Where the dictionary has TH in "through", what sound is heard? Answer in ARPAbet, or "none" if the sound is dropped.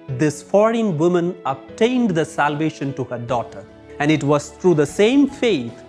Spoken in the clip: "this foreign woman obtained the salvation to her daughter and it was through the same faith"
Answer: T